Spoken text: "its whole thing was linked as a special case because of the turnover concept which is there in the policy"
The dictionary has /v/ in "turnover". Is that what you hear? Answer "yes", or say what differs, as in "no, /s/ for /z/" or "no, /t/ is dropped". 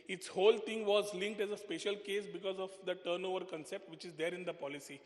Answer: yes